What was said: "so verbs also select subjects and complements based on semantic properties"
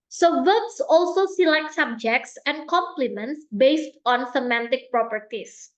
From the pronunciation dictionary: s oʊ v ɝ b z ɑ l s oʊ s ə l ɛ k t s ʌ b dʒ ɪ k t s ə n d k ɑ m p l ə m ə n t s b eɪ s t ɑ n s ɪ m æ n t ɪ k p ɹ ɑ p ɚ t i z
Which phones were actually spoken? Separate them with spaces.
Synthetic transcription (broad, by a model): s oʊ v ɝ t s ɑ l s oʊ s ə l ɛ k t s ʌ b dʒ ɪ k t s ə n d k ɑ m p l ə m ə n t s b eɪ s t ɑ n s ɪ m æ n t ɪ k p ɹ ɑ p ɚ t i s